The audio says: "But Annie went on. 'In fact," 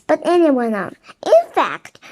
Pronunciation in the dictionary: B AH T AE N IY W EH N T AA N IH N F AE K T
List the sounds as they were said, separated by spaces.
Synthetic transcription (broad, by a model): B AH T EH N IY W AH N AA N IH N F AE K T